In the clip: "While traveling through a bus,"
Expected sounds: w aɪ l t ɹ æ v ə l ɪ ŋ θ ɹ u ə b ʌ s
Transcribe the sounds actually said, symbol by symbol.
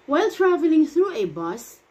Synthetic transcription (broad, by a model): w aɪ l t ɹ æ v ə l ɪ ŋ θ ɹ u ə b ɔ s